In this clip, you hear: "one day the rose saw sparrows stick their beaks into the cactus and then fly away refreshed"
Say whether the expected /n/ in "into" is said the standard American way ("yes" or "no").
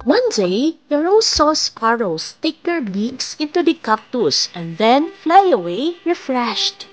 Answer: yes